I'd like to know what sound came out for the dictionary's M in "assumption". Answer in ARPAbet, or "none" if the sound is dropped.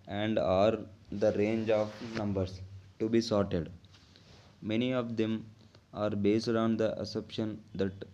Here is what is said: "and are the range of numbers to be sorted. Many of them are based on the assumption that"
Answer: none